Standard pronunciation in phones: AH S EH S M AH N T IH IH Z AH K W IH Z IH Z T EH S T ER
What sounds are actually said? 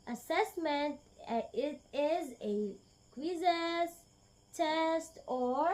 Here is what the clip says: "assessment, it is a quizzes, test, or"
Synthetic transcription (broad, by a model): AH S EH S M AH N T IH IH Z AH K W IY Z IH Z T EH S T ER